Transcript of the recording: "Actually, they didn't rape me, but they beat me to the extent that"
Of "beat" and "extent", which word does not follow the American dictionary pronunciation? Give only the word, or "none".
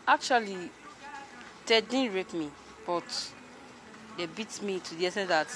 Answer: extent